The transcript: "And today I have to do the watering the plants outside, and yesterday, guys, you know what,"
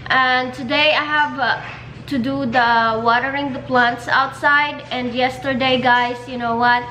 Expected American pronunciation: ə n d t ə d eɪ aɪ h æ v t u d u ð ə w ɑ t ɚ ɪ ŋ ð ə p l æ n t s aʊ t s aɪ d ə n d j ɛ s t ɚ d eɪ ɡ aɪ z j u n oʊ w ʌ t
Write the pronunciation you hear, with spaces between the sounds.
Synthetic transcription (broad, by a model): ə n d t ə d eɪ aɪ h æ v t u d u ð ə w ɑ t ɚ ɪ ŋ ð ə p l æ n t s aʊ t s aɪ d ə n d j ɛ s t ɚ d eɪ ɡ aɪ s j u n oʊ w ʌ t